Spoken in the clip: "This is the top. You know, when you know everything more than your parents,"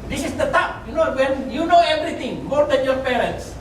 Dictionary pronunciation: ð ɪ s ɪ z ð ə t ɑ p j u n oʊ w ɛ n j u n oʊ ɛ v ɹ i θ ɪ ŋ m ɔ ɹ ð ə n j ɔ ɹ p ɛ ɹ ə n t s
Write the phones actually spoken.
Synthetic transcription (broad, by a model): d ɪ s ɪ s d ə t ɑ p j u n oʊ w ɛ n j u n oʊ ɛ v ɹ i t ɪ ŋ m ɔ ɹ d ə n j ɔ ɹ p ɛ ɹ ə n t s